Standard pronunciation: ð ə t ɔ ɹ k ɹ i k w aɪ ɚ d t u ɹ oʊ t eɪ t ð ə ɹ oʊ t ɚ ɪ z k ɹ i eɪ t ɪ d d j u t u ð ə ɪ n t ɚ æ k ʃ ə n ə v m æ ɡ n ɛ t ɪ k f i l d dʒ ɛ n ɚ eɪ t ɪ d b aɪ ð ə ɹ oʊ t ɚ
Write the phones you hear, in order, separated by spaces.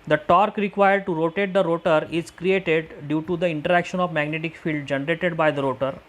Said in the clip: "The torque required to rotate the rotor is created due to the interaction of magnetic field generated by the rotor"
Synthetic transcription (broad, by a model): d ə t ɔ ɹ k ɹ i k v aɪ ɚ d t u ɹ oʊ t eɪ t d ə ɹ oʊ t ɚ ɪ z k ɹ i eɪ t ɪ d d j u t u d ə ɪ n t ɚ æ k ʃ ə n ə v m æ ɡ n ɛ t ɪ k f i l d dʒ ɛ n ɚ eɪ t ɪ d b aɪ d ə ɹ oʊ t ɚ